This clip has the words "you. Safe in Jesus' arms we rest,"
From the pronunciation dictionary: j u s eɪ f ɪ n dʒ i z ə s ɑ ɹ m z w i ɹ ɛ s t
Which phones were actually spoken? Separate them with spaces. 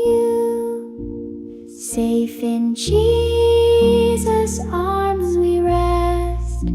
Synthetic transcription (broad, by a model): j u s eɪ f ɪ n dʒ i z ə s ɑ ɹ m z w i ɹ ɛ s t